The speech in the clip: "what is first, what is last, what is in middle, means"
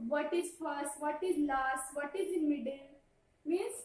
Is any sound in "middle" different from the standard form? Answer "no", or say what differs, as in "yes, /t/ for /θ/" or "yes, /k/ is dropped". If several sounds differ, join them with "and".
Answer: yes, /n/ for /l/